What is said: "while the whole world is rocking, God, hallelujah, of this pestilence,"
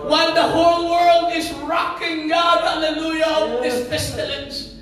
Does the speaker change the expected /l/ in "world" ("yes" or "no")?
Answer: no